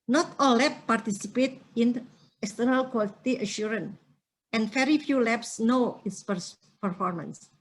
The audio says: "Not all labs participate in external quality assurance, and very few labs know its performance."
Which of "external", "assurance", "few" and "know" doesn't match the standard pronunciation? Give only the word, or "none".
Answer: assurance